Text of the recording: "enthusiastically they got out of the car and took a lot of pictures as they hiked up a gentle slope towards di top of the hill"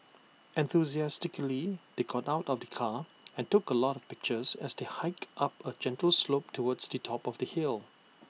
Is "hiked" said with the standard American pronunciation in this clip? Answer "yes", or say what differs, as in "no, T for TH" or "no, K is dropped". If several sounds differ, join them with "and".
yes